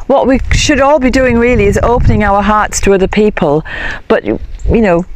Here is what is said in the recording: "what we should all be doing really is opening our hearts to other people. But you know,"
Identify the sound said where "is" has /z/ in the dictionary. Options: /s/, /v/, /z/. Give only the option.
/z/